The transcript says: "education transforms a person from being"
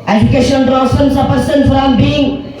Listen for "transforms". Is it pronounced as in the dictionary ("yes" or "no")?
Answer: no